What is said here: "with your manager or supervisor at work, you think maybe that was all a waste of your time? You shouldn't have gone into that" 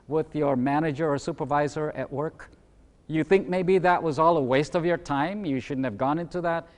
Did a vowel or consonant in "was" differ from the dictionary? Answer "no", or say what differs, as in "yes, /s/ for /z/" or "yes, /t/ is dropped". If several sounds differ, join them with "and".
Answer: no